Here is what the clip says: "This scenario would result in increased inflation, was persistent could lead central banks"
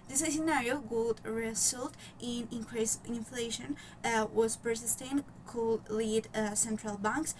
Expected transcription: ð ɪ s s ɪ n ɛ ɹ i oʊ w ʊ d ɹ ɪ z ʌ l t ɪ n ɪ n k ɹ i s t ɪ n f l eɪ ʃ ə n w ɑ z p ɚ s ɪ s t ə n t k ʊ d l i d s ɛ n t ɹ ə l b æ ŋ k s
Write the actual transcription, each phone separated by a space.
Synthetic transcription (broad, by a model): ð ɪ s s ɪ n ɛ ɹ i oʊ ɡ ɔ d ɹ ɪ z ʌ l t ɪ n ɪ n k ɹ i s ɪ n f l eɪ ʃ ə n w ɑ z p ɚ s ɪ s t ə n k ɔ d l i d s ɛ n t ɹ ə l b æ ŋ k s